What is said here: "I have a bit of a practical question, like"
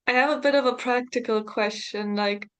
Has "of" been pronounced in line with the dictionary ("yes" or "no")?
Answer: yes